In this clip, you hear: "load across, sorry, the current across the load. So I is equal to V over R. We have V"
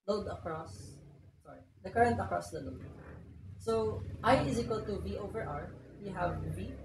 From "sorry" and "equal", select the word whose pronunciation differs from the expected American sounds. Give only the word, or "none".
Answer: none